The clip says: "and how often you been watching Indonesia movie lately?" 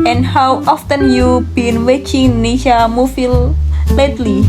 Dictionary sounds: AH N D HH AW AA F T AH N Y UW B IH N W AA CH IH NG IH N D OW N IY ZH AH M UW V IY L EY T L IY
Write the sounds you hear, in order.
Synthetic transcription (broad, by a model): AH N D HH AW AA F T AH N Y UW B IH N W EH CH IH NG N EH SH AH M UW F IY L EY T L IY